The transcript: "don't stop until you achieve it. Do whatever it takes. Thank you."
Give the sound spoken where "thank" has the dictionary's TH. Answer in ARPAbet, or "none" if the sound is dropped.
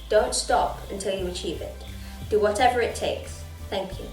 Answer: TH